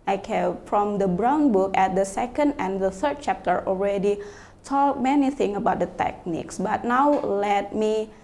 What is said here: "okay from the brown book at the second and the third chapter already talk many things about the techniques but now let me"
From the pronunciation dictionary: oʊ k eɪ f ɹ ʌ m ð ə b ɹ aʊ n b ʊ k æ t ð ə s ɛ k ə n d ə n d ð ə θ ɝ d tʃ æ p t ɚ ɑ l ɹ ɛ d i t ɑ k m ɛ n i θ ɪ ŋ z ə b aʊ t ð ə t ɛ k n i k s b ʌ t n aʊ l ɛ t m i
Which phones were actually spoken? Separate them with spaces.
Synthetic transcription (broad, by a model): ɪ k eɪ f ɹ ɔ m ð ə b ɹ aʊ n b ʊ k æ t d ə s ɛ k ə n d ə n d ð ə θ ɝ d tʃ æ p t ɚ ɑ l ɹ ɛ d i t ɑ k m ɛ n i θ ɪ ŋ ə b aʊ t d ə t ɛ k n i k s b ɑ t n aʊ l ɛ t m i